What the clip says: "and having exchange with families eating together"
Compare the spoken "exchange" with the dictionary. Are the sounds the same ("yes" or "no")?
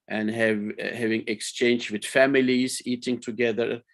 yes